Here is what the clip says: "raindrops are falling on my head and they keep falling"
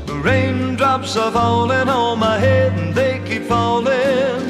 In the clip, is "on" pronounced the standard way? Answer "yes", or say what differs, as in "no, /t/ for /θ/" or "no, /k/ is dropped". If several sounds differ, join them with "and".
no, /l/ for /n/